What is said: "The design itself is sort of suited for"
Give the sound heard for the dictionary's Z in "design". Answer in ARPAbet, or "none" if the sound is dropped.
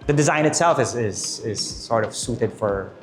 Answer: Z